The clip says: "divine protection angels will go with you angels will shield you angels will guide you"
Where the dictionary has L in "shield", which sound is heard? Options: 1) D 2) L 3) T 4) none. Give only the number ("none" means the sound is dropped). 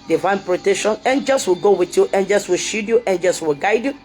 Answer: 4